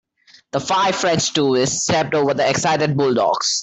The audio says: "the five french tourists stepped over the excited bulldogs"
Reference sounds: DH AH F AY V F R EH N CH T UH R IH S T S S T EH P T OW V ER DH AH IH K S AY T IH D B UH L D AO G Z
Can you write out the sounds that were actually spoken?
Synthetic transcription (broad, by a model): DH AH F AY V F R EH N CH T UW IH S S S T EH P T OW V ER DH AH IH K S AY T IH D B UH L D AO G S